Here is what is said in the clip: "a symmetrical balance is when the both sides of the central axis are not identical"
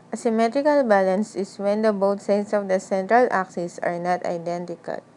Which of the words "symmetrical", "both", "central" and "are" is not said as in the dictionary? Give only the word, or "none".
both